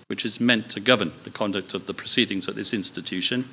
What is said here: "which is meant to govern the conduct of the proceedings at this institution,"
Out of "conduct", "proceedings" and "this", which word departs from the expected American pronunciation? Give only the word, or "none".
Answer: none